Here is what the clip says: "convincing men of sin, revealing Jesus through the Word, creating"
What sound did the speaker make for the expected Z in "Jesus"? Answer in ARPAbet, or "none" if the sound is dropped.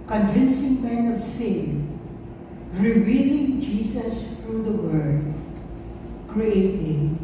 S